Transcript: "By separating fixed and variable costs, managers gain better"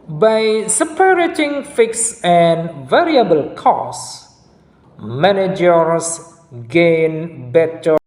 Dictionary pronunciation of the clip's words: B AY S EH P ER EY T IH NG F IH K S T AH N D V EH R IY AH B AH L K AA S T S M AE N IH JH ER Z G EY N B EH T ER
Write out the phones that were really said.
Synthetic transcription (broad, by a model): B AY S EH P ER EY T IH NG F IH K S AH N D V EH R IY AH B AH L K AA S S M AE N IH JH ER S G EY N B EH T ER